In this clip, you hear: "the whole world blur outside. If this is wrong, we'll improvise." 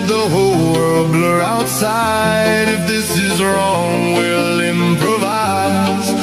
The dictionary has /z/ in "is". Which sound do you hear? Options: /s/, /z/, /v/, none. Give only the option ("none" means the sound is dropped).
/z/